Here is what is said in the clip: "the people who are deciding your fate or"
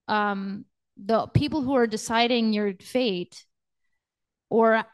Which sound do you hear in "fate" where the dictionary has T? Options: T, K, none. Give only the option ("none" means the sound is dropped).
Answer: T